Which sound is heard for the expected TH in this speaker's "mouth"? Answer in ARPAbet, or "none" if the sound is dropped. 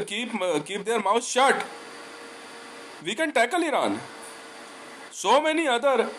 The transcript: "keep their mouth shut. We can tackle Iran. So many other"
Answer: S